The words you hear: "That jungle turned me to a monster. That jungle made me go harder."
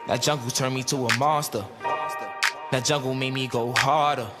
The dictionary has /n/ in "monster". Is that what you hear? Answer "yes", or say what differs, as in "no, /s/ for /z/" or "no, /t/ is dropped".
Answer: no, /n/ is dropped